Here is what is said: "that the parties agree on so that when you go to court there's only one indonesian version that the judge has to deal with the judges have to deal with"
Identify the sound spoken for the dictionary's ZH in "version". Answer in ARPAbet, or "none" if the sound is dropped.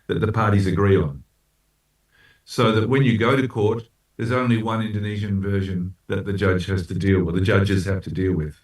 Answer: ZH